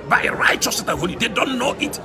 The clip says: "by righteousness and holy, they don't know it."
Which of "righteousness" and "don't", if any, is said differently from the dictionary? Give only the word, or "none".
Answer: righteousness